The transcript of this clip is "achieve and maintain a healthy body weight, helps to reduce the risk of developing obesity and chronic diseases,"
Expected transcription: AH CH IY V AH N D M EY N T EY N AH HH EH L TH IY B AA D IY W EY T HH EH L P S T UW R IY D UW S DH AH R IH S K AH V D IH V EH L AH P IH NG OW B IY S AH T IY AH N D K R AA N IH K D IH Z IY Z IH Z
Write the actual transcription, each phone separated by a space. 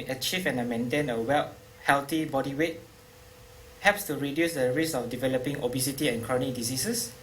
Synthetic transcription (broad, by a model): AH CH IY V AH N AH M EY N T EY N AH HH EH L T IY B AA D IY W EY T HH EH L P S T UW R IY D UW S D AH R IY S AH F D IH V EH L AH P IH NG OW B IY S AH T IY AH N K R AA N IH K D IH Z IY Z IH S